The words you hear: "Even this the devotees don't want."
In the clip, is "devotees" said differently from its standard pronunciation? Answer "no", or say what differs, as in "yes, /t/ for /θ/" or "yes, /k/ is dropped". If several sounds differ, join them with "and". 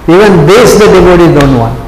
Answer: yes, /z/ is dropped